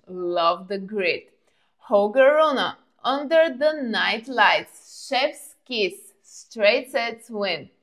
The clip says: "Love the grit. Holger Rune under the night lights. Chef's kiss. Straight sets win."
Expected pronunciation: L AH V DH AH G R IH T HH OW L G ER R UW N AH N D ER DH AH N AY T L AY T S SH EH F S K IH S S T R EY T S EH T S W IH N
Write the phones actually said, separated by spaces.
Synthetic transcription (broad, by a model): L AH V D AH G R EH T HH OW G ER R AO N AH N D ER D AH N AY T L AY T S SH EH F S K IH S S T R EY T S EH T S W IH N